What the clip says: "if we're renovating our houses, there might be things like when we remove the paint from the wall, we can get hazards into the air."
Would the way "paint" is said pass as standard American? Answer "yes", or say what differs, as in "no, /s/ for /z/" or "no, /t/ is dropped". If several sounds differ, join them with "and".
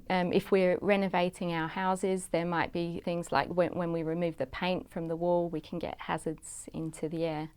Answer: yes